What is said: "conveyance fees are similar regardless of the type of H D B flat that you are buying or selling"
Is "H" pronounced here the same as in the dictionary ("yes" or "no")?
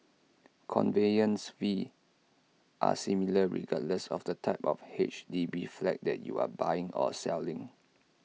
yes